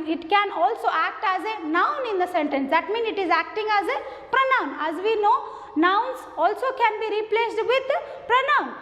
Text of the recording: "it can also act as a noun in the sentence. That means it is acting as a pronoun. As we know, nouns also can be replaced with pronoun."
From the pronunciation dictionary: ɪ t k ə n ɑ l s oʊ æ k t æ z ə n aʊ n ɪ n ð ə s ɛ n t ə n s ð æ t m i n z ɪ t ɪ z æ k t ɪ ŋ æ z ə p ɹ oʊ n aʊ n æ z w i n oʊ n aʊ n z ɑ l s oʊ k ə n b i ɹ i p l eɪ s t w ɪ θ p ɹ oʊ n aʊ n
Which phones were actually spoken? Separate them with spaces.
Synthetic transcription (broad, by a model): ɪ t k ə n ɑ l s oʊ æ k t æ z ə n aʊ n ɪ n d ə s ɛ n t ə n s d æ t m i n ɪ t ɪ z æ k t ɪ ŋ æ z ə p ɹ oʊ n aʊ n æ z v i n oʊ n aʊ n s ɑ l s oʊ k ə n b i ɹ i p l eɪ s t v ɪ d p ɹ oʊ n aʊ n